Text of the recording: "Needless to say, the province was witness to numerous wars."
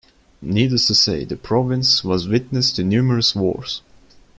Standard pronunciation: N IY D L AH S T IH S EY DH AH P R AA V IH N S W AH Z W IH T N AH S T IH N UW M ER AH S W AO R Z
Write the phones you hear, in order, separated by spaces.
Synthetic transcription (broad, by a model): N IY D AH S T IH S EY DH AH P R AA V IH N S W AH Z W IH T N AH S T IH N UW M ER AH S W AO R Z